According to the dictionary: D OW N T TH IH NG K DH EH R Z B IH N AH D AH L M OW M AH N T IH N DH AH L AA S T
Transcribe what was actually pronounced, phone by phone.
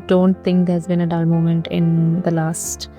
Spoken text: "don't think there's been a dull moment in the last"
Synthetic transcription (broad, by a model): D OW N T T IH NG K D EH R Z B IH N AH D AH L M OW M AH N T IH N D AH L AA S T